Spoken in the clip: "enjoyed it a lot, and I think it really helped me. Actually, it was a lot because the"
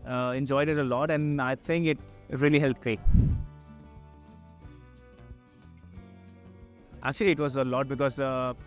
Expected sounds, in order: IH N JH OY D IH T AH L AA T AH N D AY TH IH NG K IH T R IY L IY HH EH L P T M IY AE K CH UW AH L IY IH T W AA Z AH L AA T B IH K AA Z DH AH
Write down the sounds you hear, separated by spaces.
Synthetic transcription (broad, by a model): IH N JH OY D IH T AH L AA T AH N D AY T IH NG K IH T R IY L IY HH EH L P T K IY AE K CH UW AH L IY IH T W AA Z AH L AA T B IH K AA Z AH